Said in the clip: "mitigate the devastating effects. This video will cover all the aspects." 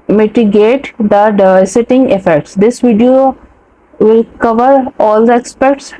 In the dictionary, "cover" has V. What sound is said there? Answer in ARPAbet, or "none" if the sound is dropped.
V